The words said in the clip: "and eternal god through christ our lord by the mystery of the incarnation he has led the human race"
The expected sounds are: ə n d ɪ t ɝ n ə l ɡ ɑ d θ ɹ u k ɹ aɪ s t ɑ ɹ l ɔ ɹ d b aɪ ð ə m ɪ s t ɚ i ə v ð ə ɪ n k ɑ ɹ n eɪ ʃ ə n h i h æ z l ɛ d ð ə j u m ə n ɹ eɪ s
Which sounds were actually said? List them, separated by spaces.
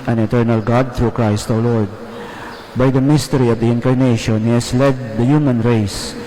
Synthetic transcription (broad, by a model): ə n ɪ t ɝ n ə l ɡ ɑ d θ ɹ u k ɹ aɪ s t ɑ w l ɔ ɹ d b aɪ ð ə m ɪ s t ɚ i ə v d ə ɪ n k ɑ ɹ n eɪ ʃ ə n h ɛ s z l ɛ d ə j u m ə n ɹ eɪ s